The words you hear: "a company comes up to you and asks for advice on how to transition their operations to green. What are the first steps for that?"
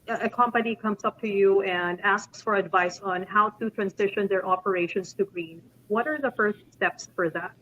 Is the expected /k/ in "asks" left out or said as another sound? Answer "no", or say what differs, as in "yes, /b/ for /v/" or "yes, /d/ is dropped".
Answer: no